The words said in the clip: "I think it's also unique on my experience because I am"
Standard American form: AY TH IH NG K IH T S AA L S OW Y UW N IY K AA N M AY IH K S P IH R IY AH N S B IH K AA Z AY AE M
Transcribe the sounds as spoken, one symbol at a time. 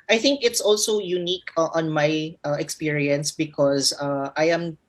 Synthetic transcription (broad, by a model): AY TH IH NG K IH T S AA L S OW Y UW N IY K AA N M AY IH K S P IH R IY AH N S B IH K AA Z AY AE M